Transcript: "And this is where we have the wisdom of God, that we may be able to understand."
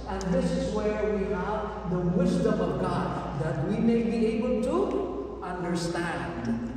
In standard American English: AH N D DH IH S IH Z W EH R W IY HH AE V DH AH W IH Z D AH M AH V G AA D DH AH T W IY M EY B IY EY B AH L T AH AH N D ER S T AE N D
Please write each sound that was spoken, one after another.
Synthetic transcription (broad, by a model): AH N DH IH S IH Z W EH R W IY HH AE V DH AH W IH Z D AH M AH V G AA D DH AH T W IY M EY B IY EY B AH L T AH AH N D ER S T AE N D